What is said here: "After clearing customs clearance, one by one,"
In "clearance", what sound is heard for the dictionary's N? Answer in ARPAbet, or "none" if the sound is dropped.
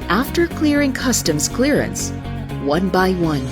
N